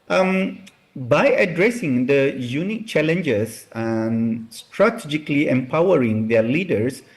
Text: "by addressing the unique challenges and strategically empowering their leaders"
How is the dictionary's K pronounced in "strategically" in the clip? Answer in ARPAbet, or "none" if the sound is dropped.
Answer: K